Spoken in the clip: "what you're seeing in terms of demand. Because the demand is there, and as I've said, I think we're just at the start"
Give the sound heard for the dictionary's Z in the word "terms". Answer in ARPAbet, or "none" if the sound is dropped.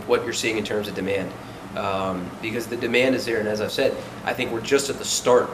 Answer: Z